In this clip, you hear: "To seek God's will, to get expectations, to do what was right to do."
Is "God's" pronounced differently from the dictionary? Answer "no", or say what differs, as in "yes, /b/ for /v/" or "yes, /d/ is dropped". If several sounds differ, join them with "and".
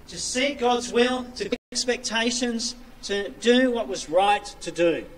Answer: no